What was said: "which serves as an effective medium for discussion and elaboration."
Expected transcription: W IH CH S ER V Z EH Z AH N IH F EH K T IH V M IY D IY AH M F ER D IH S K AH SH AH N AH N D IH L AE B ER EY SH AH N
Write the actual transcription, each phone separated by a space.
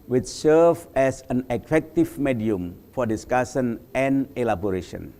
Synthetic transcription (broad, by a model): W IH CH S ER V EH S AH N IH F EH K T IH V M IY D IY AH M F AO D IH S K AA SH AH N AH N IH L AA B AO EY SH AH N